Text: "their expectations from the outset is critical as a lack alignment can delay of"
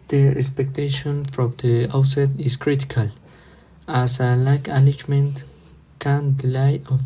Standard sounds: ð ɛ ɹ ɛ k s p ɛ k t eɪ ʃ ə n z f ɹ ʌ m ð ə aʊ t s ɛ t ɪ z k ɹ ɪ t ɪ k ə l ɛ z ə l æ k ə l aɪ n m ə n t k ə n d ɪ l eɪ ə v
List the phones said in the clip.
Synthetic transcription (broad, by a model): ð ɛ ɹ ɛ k s p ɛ k t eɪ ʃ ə n f ɹ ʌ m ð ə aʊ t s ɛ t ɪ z k ɹ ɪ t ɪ k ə l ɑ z ə l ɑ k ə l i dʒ m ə n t k ə n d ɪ l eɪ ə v